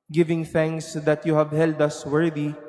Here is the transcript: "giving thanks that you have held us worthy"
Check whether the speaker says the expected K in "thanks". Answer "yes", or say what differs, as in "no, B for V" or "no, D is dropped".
yes